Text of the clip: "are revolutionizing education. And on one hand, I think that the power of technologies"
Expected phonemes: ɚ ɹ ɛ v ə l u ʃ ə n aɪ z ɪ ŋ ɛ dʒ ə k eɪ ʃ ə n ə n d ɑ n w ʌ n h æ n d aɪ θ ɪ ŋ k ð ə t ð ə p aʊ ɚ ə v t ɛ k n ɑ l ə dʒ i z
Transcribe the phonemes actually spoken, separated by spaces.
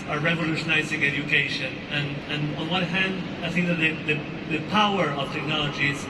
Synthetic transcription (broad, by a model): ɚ ɹ ɛ v ə l u ʃ ə n aɪ z ɪ ŋ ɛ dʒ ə k eɪ ʃ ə n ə n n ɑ n w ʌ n h æ n d aɪ θ ɪ ŋ k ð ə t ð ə p aʊ ɚ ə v t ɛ k n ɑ l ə dʒ i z